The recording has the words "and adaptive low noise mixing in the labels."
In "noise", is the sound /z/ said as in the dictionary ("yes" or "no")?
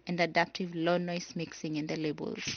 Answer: no